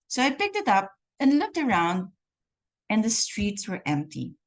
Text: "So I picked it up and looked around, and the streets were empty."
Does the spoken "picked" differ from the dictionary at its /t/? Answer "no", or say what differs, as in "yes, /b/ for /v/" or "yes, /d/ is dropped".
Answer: no